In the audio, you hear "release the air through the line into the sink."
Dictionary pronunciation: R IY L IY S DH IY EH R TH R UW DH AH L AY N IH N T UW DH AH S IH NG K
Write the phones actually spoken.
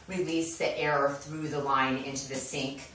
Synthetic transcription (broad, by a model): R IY L IY S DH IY EH R TH R UW DH AH L AY N IH N T UW DH AH S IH NG K